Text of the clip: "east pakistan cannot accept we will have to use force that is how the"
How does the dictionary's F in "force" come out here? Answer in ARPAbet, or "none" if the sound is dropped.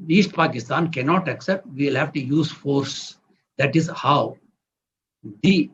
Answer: F